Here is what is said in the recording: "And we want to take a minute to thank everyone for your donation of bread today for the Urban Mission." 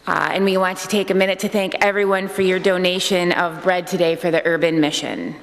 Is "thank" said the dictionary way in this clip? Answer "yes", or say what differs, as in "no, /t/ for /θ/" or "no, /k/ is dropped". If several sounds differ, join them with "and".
yes